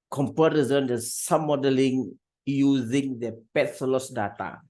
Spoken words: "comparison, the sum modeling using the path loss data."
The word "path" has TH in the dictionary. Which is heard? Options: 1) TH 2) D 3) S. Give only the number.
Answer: 3